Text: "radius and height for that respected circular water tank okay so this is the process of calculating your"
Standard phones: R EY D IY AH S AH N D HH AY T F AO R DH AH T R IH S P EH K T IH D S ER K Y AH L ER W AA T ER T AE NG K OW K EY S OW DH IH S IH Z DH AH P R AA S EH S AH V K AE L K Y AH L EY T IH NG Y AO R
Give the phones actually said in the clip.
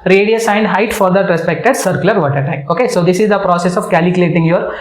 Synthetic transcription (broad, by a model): R EY D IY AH S AH N D HH AY T F AO R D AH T R IH S P EH K T IH D S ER K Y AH L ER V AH T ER T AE K OW K EY S OW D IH S IH Z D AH P R AA S EH S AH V K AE L K Y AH L EY T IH NG Y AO R